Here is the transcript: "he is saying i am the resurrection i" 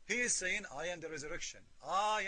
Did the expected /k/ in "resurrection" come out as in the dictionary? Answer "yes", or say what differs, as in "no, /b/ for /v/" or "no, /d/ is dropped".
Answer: yes